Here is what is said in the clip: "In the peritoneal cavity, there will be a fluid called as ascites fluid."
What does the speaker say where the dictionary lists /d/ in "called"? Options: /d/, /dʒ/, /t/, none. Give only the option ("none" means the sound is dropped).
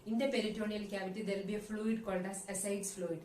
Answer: /d/